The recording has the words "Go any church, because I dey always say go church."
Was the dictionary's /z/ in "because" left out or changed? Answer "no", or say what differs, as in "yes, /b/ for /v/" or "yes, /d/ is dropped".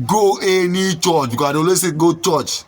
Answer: yes, /z/ is dropped